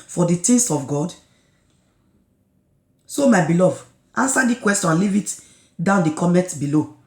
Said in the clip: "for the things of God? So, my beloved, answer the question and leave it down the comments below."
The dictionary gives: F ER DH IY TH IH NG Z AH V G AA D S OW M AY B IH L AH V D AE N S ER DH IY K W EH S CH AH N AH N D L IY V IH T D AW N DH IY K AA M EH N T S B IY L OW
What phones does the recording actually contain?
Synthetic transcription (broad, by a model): F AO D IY T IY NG S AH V G AA D S OW M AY B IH L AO V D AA N S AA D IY K W EH S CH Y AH N L IY V IH T D AW N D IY K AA M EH T B IY L OW